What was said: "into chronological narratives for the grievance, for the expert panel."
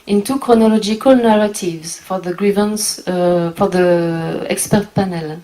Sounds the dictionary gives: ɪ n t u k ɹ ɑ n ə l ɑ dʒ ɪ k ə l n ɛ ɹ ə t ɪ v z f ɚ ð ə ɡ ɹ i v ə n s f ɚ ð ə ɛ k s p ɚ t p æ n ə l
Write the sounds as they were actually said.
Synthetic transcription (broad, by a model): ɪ n t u k ɹ ɑ n ə l ɑ dʒ ɪ k ə l n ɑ ɹ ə t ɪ v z f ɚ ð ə ɡ ɹ i v ə n s f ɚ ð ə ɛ k s p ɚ t p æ n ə l